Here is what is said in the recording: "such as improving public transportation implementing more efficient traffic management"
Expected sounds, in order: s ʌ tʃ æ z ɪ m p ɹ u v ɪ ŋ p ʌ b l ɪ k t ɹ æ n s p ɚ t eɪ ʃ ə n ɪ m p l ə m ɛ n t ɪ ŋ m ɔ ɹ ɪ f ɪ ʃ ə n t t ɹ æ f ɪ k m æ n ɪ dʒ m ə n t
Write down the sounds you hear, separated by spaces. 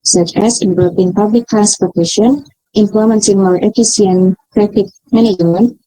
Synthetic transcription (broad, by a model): s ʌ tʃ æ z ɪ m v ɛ p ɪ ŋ p ʌ b l ɪ k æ s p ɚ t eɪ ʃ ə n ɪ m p l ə m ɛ n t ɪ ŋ m ɔ ɹ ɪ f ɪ s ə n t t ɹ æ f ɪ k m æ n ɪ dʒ m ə n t